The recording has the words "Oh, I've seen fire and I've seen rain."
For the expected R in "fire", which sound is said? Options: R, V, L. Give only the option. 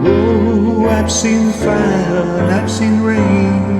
L